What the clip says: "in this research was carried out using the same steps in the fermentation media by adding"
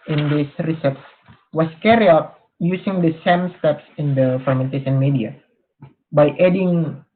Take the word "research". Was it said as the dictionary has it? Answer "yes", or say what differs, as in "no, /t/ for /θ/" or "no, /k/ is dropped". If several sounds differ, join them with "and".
no, /s/ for /tʃ/